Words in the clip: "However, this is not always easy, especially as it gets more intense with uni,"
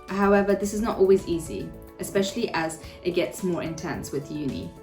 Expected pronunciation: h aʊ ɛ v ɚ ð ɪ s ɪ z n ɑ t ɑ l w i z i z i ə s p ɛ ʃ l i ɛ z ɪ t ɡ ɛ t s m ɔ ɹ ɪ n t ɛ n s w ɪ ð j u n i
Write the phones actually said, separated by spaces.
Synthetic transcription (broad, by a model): h aʊ ɛ v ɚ ð ɪ s ɪ z n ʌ t ɑ l w i z i z i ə s p ɛ ʃ l i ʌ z ɪ t ɡ ɛ t s m ɔ ɹ ɪ n t ɛ n s w ɪ ð j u n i